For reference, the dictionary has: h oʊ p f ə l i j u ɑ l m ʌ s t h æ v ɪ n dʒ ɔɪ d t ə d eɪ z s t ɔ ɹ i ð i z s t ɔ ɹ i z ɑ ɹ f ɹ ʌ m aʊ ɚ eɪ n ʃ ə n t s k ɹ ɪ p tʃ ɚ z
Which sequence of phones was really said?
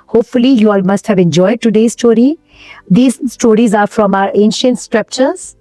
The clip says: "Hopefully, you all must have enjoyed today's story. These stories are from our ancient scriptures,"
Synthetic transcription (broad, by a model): h oʊ p f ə l i j u ɑ l m ʌ s t h æ v ɪ n dʒ ɔɪ d t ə d eɪ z s t ɔ ɹ i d i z s t ɔ ɹ i z ɑ ɹ f ɹ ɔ m aʊ ɚ eɪ n ʃ ə n t s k ɹ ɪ p tʃ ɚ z